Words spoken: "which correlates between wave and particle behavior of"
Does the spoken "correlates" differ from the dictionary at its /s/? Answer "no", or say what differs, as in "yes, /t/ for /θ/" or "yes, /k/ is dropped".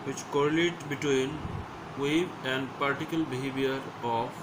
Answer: yes, /s/ is dropped